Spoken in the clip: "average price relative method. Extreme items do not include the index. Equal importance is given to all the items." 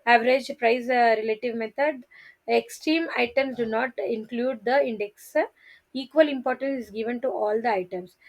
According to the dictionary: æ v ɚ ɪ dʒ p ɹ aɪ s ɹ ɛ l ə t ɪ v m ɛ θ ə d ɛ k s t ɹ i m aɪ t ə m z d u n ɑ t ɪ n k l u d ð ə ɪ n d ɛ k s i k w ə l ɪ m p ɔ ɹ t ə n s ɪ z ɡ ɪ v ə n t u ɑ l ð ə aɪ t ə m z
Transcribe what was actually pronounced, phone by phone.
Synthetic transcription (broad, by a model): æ v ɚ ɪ dʒ p ɹ aɪ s ɹ ɛ l ə t ɪ v m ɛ t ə d ɛ k s t ɹ i m aɪ t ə m s d u n ɑ t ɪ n k l u d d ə ɪ n d ɛ k s i k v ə l ɪ m p ɔ ɹ t ə n s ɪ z ɡ ɪ v ə n t u ɑ l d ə aɪ t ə m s